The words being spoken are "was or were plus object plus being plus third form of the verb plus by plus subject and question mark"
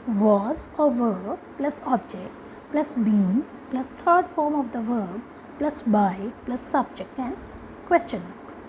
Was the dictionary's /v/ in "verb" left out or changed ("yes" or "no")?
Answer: no